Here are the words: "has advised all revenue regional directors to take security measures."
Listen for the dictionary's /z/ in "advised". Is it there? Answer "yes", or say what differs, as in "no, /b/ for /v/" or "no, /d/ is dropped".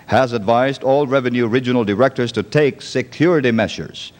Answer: yes